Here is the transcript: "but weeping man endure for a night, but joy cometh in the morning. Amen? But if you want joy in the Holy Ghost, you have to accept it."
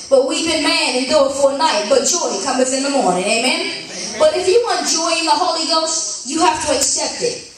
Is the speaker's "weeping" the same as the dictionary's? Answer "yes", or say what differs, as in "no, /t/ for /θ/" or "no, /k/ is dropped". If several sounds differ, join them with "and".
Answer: no, /b/ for /p/